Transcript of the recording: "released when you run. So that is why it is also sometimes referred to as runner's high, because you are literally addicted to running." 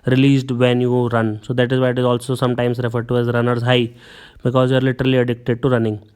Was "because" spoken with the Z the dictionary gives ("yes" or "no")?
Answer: yes